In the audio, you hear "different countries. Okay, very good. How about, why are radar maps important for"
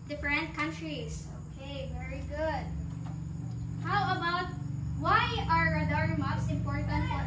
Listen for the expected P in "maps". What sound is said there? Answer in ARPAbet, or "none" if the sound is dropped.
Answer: none